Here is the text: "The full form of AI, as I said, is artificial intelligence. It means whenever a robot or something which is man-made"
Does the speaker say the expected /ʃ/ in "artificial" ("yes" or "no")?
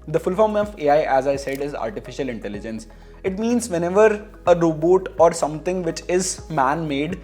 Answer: yes